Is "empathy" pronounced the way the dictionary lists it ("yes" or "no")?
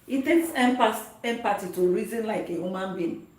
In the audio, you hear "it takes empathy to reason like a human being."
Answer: no